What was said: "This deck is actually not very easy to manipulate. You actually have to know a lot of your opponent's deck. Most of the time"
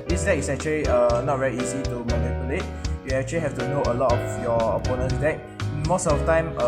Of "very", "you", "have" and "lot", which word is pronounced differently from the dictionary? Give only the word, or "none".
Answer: have